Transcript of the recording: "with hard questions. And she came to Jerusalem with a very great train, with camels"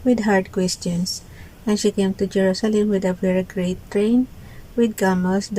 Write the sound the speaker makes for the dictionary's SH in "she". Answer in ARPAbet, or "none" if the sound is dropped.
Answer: SH